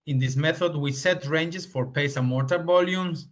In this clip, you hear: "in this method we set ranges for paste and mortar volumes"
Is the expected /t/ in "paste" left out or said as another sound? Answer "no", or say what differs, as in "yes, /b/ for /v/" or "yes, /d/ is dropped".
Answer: yes, /t/ is dropped